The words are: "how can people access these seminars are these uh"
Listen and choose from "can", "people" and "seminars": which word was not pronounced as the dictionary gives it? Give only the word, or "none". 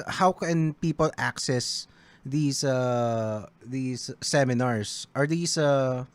seminars